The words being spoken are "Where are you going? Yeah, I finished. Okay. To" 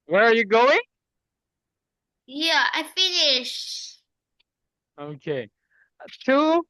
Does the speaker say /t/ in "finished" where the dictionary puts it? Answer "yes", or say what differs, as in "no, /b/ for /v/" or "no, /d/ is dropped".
no, /t/ is dropped